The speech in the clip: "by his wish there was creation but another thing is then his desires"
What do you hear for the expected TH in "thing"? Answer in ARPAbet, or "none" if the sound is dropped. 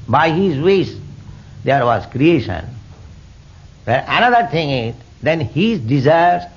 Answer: T